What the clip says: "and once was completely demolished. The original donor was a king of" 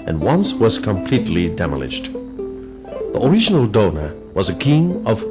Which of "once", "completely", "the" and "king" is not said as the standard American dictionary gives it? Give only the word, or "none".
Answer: none